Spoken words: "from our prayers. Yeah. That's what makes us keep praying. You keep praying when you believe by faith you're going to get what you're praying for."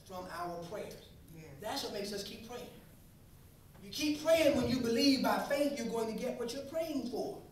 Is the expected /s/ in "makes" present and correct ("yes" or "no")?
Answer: yes